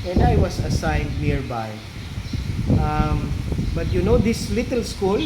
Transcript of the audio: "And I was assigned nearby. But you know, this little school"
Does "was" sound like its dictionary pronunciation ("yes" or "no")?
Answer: no